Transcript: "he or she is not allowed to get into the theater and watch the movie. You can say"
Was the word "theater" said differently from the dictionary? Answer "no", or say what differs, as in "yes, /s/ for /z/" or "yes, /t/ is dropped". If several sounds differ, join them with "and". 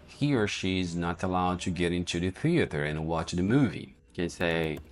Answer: no